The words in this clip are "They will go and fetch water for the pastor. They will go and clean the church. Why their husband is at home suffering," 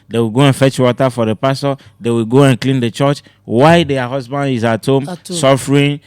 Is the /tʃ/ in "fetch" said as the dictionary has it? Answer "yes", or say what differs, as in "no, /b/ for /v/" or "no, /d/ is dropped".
yes